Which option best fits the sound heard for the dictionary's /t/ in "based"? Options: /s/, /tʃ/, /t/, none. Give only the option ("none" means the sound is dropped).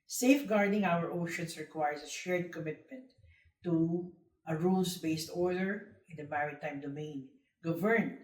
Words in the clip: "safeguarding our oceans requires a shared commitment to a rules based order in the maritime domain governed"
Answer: /t/